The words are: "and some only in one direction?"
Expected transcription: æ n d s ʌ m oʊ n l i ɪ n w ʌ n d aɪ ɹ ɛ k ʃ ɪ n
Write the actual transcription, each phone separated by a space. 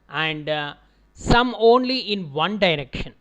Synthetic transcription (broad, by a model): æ n d s ʌ m oʊ n l i ɪ n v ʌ n d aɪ ɹ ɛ k ʃ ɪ n